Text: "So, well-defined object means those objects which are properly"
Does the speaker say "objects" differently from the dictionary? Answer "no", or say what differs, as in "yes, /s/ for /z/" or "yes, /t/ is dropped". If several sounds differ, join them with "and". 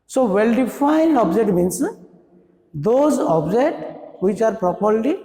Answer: yes, /s/ is dropped